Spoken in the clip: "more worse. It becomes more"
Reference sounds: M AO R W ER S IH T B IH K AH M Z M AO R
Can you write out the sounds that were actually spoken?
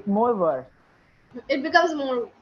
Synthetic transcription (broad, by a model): M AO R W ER IH T B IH K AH M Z M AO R